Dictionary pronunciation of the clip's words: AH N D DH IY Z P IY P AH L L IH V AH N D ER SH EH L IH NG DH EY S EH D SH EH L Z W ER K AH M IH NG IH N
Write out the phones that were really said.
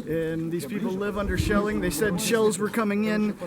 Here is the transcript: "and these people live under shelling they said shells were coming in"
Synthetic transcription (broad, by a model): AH N DH IY Z P IY P L L IH V AH N D ER SH EH L IH NG DH EY S EH D SH EH L Z W ER K AH M IH NG IH N